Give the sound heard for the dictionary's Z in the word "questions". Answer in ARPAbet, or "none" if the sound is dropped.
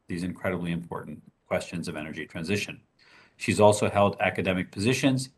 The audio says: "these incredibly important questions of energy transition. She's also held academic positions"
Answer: Z